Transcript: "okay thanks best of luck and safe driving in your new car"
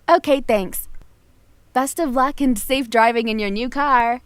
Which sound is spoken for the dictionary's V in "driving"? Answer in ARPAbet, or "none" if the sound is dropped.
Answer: V